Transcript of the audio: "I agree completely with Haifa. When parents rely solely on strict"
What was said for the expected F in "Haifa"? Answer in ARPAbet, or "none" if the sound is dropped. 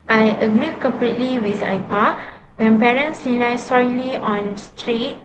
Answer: P